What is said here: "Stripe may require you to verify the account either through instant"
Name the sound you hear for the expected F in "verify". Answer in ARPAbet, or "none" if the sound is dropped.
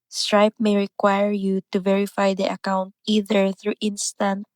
F